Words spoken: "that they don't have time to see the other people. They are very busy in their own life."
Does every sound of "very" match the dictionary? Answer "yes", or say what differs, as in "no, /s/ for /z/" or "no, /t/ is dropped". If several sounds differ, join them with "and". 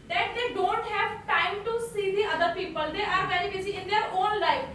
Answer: no, /b/ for /v/